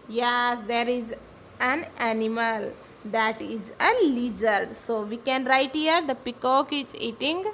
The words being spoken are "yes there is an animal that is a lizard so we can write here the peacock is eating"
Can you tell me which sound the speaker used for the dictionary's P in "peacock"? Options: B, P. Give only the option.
P